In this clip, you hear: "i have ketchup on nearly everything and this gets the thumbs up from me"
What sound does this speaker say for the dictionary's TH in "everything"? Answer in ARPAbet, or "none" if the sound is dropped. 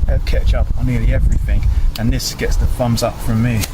TH